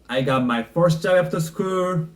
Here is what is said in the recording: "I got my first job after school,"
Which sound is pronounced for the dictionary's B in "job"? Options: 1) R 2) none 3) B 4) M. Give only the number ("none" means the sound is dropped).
2